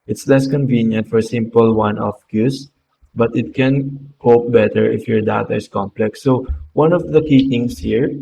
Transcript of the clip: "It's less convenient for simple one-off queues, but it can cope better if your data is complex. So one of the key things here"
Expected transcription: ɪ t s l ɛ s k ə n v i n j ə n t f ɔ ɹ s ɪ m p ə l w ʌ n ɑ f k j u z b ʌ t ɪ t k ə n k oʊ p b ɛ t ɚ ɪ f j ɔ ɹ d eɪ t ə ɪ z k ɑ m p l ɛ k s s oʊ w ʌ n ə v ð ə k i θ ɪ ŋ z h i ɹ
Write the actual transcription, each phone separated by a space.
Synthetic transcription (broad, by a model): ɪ t s l ɛ s k ə n v i n j ə n t f ɔ ɹ s ɪ m p ə l w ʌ n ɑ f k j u s b ʌ t ɪ t k ə n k oʊ p b ɛ t ɚ ɪ f j ɔ ɹ d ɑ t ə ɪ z k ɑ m p l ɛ k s s oʊ w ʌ n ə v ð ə k i t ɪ ŋ s h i ɹ